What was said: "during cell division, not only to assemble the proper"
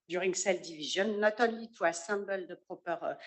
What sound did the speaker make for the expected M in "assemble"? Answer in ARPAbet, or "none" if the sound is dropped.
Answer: none